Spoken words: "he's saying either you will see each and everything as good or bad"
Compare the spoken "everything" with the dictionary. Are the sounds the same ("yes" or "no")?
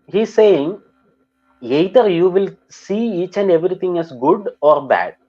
no